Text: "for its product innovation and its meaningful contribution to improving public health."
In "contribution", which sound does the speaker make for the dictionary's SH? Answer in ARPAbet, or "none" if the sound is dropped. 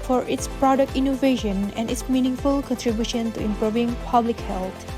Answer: SH